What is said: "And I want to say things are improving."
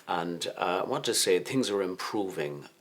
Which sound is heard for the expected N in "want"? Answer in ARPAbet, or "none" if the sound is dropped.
none